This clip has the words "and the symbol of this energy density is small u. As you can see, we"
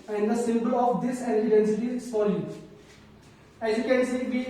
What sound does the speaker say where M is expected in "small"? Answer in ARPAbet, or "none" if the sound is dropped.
none